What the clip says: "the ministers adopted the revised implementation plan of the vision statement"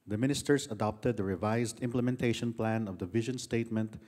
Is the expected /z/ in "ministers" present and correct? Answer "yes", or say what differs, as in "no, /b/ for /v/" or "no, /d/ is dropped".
no, /s/ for /z/